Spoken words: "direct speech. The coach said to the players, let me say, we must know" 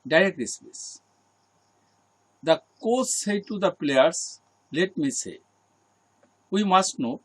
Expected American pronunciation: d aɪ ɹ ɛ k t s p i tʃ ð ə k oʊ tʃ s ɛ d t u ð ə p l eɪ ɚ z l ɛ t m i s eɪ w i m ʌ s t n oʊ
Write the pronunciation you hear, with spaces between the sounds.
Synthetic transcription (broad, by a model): d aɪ ɹ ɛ k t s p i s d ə k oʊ s s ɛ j t u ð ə p l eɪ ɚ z l ɛ t m i s eɪ w i m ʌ s t n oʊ